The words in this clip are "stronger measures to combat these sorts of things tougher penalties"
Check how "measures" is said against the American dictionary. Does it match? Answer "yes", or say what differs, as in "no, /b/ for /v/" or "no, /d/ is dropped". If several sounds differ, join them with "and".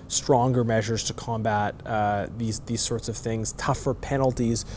yes